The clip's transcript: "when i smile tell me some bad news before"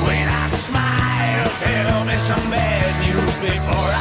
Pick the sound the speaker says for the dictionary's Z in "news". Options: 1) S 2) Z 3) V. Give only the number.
2